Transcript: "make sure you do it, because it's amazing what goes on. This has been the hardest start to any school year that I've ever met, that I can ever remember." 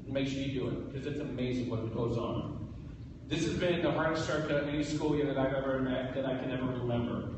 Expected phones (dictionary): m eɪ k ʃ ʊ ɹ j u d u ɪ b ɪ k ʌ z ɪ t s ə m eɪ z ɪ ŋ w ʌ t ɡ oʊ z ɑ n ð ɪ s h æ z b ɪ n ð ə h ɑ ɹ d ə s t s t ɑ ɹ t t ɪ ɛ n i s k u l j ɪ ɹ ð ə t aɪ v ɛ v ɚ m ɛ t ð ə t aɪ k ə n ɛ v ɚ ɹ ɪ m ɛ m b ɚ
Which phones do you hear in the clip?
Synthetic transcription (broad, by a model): m eɪ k s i d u ɪ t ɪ k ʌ z ɪ t s ə m eɪ z ɪ ŋ w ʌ t ɡ oʊ z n ð ɪ s h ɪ z b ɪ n ð ə h ɑ ɹ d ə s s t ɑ ɹ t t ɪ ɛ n i s k u l j ɪ ɹ ð ə t aɪ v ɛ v ɚ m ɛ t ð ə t aɪ k ə n ɛ v ɚ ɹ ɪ m ɛ m b ɚ